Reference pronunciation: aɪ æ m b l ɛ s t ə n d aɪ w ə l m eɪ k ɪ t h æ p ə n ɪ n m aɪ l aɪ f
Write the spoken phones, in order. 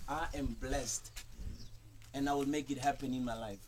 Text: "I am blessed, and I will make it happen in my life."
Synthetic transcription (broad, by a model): aɪ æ m b l ɛ s t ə n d aɪ w ə l m eɪ k ɪ t h æ p ə n ɪ n m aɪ l aɪ f